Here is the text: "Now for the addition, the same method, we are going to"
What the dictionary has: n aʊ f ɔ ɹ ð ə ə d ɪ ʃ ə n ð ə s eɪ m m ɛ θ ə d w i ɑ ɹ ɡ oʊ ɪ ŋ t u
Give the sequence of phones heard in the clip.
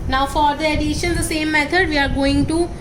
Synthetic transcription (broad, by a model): n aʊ f ɔ ɹ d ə ə d ɪ ʃ ə n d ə s eɪ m m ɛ t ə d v i ɑ ɹ ɡ oʊ ɪ ŋ t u